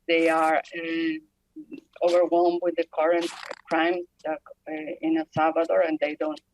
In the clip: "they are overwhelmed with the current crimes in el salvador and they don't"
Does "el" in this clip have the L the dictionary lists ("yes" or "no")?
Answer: no